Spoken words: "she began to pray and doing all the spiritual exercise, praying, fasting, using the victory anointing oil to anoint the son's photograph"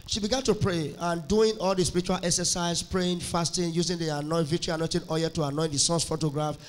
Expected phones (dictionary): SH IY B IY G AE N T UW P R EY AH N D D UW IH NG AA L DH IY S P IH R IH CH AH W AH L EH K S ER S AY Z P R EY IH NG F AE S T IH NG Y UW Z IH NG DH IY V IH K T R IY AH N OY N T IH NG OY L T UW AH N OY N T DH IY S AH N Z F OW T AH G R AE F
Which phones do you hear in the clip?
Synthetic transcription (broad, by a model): SH IY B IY G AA N T UW P R EY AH N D D UW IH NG AA L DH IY S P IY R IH CH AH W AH L EH K S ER S AY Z P R EY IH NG F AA S T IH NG Y UW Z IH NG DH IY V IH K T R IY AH N OY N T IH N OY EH T UW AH N OY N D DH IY S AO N S F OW T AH G R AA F